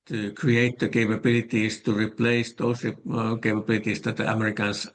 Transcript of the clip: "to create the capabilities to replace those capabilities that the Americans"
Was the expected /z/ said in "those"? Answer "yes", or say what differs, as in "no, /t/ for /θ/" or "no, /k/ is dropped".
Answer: no, /s/ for /z/